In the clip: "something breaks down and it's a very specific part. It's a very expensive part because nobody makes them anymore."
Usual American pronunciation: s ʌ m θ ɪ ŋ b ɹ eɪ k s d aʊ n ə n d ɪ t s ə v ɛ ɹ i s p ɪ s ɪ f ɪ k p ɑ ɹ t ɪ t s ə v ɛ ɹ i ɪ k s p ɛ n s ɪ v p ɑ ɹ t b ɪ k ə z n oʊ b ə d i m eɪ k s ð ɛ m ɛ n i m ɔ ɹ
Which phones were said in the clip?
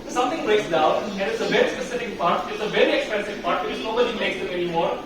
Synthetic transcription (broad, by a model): s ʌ m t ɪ ŋ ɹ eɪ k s d aʊ n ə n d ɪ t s ə v ɛ ɹ i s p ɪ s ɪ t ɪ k p ɑ ɹ t ɪ t s ə v ɛ ɹ i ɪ k s p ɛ n s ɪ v p ɑ ɹ t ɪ ə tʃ n oʊ b ə d i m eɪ k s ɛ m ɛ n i m ɔ ɹ